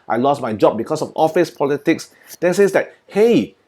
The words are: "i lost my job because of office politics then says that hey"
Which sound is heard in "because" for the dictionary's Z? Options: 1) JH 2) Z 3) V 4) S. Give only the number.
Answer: 4